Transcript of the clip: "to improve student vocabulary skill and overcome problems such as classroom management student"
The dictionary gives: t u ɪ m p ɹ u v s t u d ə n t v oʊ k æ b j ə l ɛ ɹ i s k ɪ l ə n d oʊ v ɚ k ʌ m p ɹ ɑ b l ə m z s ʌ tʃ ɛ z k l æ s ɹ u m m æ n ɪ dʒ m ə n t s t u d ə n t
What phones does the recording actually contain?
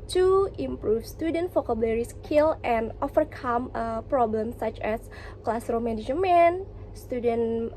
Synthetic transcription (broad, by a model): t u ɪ m p ɹ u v s t u d ə n t f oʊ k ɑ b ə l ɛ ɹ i s k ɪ l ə n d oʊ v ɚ k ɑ m p ɹ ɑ b l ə m s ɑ tʃ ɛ s k l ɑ s ɹ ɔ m m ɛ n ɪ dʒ m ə n s t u d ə n